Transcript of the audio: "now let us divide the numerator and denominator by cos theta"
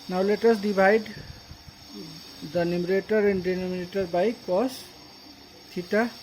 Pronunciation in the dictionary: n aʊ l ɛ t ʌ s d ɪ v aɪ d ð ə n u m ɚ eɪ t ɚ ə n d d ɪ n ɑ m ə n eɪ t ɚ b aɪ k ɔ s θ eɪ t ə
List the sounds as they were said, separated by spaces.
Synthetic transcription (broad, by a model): n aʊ l ɛ t ʌ s d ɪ b aɪ d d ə n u m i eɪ t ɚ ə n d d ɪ n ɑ m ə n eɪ t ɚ b aɪ k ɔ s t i t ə